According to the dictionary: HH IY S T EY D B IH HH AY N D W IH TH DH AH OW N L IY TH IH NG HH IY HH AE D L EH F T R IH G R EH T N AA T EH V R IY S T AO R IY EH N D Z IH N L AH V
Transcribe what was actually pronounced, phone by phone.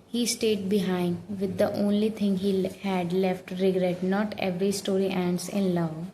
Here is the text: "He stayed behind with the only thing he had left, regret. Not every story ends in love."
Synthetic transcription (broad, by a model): HH IY S T EY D B IH HH AY N D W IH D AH OW N L IY T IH NG HH IY HH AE D L EH F T R IH G R EH T N AA T EH V R IY S T AO R IY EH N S IH N L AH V